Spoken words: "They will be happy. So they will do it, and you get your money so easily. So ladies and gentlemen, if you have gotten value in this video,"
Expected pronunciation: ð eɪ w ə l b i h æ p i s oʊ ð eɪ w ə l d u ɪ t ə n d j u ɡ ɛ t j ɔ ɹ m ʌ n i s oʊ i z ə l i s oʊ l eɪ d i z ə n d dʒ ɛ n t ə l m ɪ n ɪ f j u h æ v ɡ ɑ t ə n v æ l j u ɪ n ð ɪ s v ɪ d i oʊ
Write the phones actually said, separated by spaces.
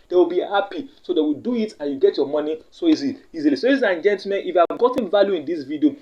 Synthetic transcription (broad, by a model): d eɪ w ə l b i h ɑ p i s oʊ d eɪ w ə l d u ɪ t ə n j u ɡ ɛ t j ɔ m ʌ n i s oʊ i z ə i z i l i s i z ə n dʒ ɛ n t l m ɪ n ɪ f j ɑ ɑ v ɡ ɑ t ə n v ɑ l j u ɪ n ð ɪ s v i d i oʊ